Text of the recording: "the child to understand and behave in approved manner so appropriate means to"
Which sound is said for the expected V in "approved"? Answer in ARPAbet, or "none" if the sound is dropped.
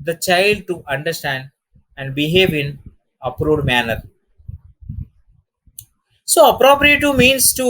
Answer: none